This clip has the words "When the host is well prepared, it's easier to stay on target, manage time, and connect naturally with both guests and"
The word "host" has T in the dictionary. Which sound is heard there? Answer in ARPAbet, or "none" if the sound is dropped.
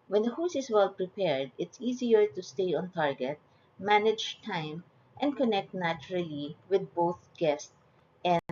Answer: none